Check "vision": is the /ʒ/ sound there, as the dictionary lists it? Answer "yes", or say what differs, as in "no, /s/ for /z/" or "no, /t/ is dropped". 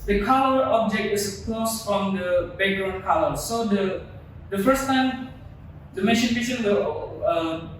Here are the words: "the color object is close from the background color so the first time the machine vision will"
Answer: no, /ʃ/ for /ʒ/